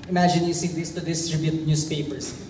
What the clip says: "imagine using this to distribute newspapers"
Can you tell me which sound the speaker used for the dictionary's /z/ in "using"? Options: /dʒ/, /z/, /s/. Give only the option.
/s/